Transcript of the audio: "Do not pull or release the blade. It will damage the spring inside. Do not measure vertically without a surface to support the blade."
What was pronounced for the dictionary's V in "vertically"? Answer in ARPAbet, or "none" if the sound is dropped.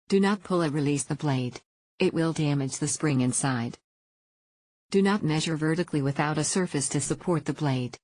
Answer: V